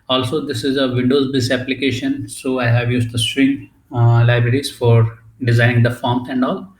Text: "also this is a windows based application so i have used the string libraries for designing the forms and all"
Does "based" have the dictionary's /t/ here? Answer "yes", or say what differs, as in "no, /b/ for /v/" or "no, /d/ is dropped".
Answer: no, /t/ is dropped